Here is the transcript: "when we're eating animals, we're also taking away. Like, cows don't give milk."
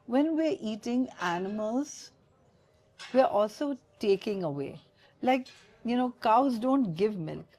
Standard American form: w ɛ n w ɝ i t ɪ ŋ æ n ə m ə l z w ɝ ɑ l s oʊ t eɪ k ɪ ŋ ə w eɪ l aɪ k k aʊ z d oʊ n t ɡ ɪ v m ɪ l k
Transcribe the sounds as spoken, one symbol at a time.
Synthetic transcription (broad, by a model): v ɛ n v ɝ i t ɪ ŋ æ n ə m ə l z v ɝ ɑ l s oʊ t eɪ k ɪ ŋ ə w eɪ l aɪ k k aʊ z d oʊ n t ɡ ɪ v m ɪ l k